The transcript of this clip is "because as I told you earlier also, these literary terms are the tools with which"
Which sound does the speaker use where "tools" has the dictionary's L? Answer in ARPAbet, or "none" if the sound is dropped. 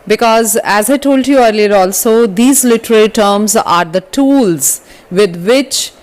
L